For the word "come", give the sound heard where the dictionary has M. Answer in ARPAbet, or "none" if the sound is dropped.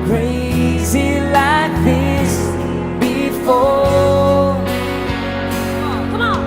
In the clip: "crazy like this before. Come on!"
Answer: none